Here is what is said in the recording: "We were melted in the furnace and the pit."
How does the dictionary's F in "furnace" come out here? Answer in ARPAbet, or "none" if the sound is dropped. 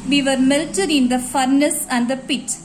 F